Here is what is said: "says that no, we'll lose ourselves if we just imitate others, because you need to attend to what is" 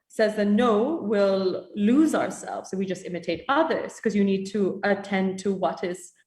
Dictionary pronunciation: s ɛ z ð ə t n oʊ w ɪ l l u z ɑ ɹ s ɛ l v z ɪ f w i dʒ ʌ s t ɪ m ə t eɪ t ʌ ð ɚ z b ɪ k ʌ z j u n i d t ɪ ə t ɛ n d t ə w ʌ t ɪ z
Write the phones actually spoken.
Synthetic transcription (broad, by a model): s ɛ z ð ə t n oʊ w ɪ l l u z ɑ ɹ s ɛ l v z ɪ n w i dʒ ʌ s t ɪ m ə t eɪ t ʌ ð ɚ z k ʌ z j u n i d t ɪ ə t ɛ n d t ə w ʌ t ɪ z